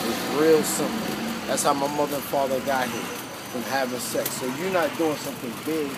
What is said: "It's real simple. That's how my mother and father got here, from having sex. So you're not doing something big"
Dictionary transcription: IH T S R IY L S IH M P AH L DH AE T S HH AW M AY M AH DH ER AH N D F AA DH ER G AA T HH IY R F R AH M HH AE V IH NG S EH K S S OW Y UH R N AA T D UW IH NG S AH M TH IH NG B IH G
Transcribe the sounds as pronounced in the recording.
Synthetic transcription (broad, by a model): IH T R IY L S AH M AH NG DH AE T S HH AW M AY M AH DH ER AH N F AA DH ER G AA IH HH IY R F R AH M HH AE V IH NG S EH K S S OW Y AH R N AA T D UW IH NG S AH M TH IH NG B IH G